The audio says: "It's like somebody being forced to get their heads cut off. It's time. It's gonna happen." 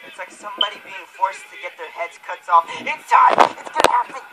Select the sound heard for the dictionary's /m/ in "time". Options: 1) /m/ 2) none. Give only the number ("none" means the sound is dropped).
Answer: 2